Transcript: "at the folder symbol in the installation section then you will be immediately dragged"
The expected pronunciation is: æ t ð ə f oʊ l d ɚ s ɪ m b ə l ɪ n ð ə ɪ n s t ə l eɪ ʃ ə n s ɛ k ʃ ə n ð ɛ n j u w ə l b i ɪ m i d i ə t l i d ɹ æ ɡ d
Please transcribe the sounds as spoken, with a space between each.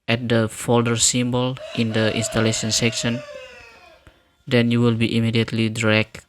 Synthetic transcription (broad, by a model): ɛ t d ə f oʊ l d ɚ s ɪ m b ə l ɪ n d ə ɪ n s t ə l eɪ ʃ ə n s ɛ k ʃ ə n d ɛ n j u w ə l b i ɪ m i d i ə t l i d ɹ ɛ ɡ